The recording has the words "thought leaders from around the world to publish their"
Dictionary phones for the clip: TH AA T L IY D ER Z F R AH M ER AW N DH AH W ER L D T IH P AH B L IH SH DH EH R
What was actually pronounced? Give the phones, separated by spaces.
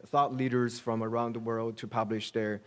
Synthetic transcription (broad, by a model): TH AA T L IY D ER Z F R AH M ER AW N DH AH W ER L D T IH P AH B L IH SH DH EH R